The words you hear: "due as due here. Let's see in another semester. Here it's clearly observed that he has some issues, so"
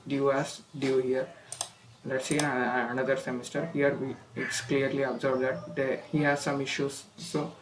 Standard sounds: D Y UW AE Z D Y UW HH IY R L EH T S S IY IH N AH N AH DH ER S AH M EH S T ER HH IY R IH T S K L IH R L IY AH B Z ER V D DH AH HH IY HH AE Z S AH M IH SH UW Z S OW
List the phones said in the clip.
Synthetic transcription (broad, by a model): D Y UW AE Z D Y UW HH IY R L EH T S S IY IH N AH N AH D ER S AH M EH S T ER HH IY R IH T S K L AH R L IY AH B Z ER B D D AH HH IY HH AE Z S AH M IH SH UW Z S OW